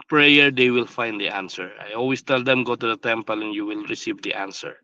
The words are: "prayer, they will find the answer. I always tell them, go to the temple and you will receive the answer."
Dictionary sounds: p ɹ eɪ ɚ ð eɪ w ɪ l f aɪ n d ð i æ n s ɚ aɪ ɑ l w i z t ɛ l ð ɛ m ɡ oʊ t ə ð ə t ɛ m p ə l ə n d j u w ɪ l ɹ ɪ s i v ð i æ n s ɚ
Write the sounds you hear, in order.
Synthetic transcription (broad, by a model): p ɹ eɪ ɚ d eɪ w ɪ l f aɪ n d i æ n s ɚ aɪ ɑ l w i s t ɛ l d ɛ m ɡ oʊ t ə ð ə t ɛ m p ə l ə n j u w ɪ l ɹ ɪ s i v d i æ n s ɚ